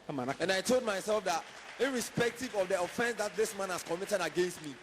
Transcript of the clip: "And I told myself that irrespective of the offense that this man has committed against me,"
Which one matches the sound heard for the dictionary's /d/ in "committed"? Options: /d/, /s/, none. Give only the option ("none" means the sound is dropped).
/d/